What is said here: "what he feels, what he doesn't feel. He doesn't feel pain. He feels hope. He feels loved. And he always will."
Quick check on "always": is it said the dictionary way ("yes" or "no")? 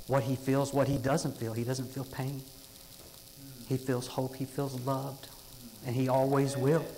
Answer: yes